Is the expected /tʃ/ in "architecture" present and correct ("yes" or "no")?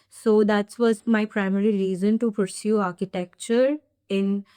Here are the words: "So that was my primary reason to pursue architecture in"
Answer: yes